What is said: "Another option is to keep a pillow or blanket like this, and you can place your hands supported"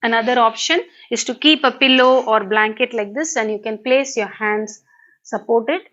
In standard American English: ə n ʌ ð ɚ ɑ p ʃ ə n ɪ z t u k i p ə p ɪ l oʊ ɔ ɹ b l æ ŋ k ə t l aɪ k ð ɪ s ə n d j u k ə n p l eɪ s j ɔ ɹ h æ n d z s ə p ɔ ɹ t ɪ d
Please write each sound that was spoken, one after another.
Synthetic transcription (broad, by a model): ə n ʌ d ɚ ɑ p ʃ ə n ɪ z t u k i p ə p ɪ l oʊ ɔ ɹ b l æ ŋ k ə t l aɪ k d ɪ s ə n d j u k ə n p l eɪ s j ɔ ɹ h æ n d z s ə p ɔ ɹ t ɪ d